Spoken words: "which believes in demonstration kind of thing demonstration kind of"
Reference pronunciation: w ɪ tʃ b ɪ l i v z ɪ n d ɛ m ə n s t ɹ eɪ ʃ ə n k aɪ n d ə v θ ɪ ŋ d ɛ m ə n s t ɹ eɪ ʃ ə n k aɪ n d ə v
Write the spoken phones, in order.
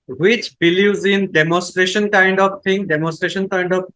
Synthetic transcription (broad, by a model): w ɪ tʃ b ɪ l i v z ɪ n d ɛ m ə n s t ɹ eɪ ʃ ə n k aɪ n d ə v t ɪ ŋ d ɛ m ə n s t ɹ eɪ ʃ ə n k aɪ n d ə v